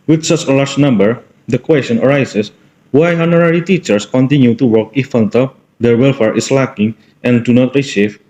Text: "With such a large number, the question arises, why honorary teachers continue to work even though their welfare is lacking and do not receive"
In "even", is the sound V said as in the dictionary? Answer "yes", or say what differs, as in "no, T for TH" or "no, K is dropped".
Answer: no, F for V